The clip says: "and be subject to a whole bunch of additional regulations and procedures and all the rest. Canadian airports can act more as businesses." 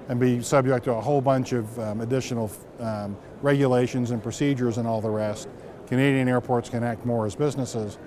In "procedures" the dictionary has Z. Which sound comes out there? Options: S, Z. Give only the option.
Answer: Z